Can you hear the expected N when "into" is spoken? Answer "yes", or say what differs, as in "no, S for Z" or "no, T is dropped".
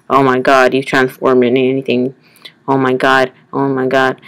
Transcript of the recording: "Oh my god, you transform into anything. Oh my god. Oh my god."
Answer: no, N is dropped